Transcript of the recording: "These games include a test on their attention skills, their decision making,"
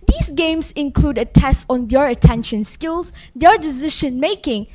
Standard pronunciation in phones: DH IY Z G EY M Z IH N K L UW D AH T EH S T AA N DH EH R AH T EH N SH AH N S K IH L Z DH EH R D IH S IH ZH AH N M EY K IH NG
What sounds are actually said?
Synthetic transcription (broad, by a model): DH IY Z G EY M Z IH N K L UW D AH T EH S T AA N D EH R AH T EH N SH AH N S K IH L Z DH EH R D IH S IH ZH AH N M EY K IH NG